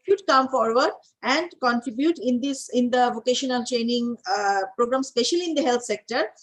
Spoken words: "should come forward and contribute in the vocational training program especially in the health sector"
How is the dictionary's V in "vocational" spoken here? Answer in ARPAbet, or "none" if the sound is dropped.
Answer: V